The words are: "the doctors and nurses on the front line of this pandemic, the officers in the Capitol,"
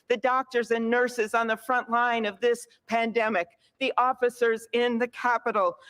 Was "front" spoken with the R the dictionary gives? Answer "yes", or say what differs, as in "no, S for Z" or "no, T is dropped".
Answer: yes